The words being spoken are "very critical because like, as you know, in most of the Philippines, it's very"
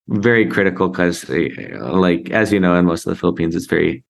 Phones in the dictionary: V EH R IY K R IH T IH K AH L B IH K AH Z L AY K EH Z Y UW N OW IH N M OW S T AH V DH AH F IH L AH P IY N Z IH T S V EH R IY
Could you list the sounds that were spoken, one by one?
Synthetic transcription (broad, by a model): V EH R IY K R IH T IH K L K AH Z L AY K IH Z Y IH N OW IH N M OW S T AH V DH AH F IH L AH P IY N Z IH T S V EH R IY